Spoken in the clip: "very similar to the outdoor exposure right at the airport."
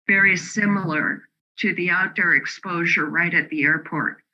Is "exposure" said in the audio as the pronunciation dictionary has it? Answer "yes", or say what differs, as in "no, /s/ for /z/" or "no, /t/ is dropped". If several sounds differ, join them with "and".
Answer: yes